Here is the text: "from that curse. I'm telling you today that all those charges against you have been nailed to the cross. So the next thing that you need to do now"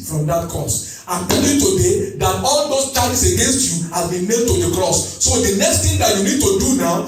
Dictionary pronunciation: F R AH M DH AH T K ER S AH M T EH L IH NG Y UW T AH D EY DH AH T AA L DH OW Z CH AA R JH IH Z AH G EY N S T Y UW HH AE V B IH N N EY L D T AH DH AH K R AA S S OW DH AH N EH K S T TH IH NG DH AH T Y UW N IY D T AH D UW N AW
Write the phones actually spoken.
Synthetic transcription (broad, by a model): F R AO M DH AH T K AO S AH M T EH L Y UW T AH D EY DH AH T AA L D OW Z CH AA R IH S AH G EY N S T Y UW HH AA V B IH N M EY D T AH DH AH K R AA S S OW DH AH N EH K S T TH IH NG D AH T Y UW N IY D T AH D UW N AW